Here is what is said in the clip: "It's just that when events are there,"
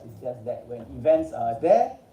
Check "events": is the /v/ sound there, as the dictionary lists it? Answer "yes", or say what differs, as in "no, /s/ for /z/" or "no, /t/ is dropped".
yes